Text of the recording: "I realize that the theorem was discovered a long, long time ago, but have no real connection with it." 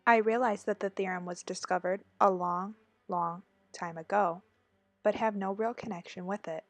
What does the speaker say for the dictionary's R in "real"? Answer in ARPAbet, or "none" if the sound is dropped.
R